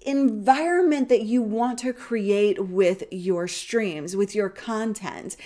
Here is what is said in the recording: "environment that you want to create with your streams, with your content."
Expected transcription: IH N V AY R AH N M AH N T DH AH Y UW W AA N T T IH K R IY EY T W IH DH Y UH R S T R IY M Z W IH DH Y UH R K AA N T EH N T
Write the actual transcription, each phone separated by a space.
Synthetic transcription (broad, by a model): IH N V AY R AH N M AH N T DH AH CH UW W AA N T T IH K R IY EY T W IH DH Y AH R S T R IY M Z W IH DH Y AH R K AA N T EH N T